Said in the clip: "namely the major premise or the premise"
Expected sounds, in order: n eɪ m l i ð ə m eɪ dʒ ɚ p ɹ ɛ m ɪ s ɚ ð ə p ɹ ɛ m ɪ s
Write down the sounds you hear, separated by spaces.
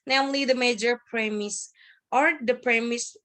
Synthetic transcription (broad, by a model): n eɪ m l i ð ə m eɪ dʒ ɚ p ɹ ɛ m ɪ s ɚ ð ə p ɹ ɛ m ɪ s